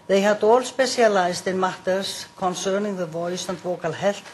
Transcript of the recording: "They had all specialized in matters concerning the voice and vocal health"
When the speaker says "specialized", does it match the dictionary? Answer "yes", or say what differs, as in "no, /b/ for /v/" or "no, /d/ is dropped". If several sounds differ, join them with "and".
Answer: no, /s/ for /ʃ/